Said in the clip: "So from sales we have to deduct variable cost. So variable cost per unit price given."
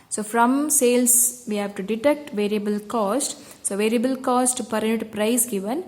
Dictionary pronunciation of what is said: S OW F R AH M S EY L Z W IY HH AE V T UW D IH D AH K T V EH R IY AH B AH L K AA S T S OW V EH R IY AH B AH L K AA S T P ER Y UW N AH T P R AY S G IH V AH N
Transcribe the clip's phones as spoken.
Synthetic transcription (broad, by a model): S OW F R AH M S EY L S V IY HH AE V T UW D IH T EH K T V EH R IY AH B AH L K AA S T S OW V EH R IY AH B AH L K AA S T P ER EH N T P R AY S G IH V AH N